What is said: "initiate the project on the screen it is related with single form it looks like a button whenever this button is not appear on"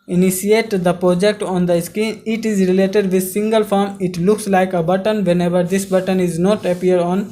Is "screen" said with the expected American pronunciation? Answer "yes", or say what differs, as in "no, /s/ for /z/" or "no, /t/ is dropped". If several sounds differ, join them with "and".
no, /ɹ/ is dropped